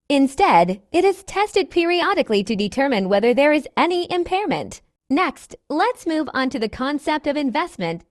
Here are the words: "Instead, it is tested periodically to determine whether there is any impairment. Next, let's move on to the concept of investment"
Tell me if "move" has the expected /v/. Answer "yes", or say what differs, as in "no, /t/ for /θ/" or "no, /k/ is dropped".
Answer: yes